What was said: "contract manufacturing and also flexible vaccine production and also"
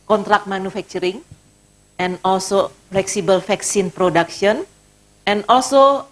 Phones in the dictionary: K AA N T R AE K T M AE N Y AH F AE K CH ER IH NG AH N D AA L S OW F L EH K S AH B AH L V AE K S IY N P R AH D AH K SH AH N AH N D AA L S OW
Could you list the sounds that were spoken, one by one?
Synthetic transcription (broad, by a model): K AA N T R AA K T M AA N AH F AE K CH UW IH NG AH N AA L S OW F L EH K S AH B AH L F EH K S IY N P R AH D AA K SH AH N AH N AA L S OW